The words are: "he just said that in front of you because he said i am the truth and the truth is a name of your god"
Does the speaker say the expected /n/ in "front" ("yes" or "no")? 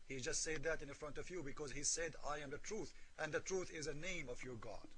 yes